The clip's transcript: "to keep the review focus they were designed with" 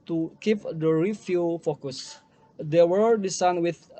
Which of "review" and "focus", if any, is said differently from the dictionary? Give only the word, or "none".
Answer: review